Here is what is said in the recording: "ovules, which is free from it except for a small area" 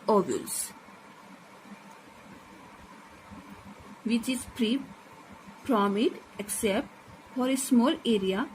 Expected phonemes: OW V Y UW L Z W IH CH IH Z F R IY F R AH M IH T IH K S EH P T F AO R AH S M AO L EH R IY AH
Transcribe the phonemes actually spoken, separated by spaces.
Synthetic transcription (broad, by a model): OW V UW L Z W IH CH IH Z P R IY P R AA M IH T IH K S EH P T F AO R AH S M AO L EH R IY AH